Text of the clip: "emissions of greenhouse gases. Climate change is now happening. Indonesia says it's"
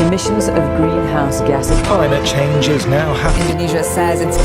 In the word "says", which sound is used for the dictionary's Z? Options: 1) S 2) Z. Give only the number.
2